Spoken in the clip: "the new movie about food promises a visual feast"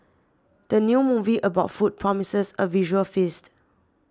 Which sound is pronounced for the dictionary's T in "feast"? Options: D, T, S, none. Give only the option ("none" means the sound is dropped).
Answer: T